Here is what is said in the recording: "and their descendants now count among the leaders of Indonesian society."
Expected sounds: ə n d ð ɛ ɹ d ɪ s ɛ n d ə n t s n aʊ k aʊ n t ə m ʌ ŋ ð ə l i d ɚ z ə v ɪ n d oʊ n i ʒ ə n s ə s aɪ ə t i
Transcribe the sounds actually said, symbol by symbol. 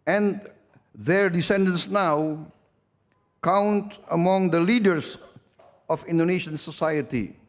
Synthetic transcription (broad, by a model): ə n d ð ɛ ɹ d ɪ s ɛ n d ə n s n aʊ k aʊ n t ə m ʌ ŋ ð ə l i d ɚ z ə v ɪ n d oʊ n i ʃ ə n s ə s aɪ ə t i